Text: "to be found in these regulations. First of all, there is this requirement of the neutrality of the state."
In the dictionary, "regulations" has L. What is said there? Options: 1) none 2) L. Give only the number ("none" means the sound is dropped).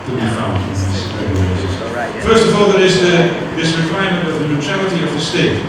1